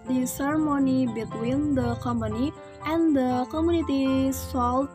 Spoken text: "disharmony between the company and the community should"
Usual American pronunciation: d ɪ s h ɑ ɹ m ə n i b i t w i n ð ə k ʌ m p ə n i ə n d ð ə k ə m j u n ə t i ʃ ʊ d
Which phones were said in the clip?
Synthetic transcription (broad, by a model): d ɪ s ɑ ɹ m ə n i b i t w i n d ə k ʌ m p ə n i ə n d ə k ə m j u n ə t i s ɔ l